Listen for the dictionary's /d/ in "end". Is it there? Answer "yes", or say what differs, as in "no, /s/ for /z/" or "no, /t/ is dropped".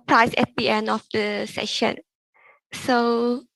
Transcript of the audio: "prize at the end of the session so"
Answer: no, /d/ is dropped